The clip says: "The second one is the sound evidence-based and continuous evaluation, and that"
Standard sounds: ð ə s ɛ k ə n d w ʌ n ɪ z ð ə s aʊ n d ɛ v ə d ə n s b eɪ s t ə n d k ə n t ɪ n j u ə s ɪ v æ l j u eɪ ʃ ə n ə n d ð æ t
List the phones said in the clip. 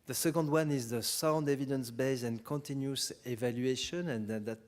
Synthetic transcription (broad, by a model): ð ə s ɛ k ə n d w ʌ n ɪ z ð ə s aʊ n d ɛ v ə d ə n s b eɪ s ə n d k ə n t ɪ n j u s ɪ v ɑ l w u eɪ ʃ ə n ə n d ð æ t